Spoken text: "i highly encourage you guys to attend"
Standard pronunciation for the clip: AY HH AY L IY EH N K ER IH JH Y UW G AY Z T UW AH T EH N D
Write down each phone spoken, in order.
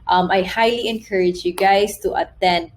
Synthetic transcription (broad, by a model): AY HH AY L IY EH N K ER IH JH Y UW G AY S T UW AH T EH N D